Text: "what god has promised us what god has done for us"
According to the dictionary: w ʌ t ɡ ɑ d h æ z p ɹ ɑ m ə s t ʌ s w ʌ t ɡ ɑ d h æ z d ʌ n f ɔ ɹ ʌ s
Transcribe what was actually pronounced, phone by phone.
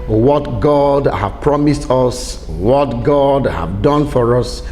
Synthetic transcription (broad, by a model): w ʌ t ɡ ɑ d h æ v p ɹ ɑ m ə s t ʌ s w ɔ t ɡ ɑ d h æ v d ʌ n f ɔ ɹ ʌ s